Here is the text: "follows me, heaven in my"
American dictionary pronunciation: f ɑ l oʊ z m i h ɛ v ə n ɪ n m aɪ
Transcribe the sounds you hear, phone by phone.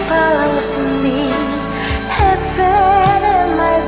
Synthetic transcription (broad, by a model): f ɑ l oʊ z m i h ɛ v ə ɪ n m aɪ